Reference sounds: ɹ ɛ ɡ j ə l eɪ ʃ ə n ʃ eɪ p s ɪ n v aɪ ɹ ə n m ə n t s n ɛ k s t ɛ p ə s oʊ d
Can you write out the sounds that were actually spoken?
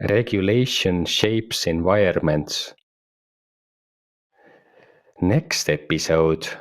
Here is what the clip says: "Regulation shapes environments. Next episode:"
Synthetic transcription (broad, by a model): ɹ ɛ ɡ j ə l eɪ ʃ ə n ʃ eɪ p s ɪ n v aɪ ə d m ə n t s n ɛ k s t ɛ p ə s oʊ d